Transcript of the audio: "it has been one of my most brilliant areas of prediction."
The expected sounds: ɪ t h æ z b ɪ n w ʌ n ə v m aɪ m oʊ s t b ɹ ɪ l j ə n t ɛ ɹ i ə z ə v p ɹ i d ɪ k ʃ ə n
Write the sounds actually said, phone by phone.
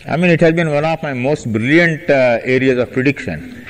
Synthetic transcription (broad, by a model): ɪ t h æ z b ɪ n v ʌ n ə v m aɪ m oʊ s t b ɹ ɪ l j ə n t ɛ ɹ i ə z ə v p ɹ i d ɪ k ʃ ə n